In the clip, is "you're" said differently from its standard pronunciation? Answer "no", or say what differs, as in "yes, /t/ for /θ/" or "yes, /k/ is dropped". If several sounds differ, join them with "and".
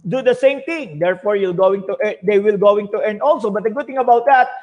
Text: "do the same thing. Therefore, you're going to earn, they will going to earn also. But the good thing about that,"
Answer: yes, /l/ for /ɹ/